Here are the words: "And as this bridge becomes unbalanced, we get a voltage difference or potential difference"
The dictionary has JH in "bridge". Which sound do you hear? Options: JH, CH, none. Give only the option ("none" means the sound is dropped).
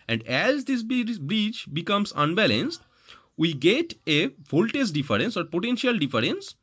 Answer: CH